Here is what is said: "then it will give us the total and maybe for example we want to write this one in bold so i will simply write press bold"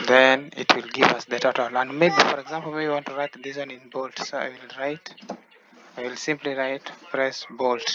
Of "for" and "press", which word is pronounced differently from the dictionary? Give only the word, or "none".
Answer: press